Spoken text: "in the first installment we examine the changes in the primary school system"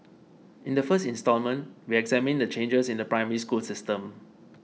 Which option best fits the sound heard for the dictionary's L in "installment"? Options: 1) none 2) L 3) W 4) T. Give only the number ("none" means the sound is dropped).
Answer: 2